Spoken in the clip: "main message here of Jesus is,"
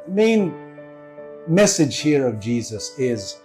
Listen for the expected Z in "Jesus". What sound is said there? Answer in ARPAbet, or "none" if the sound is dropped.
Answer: Z